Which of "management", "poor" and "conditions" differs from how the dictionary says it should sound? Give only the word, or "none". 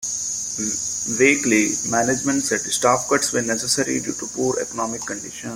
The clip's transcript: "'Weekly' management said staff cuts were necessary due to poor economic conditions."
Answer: conditions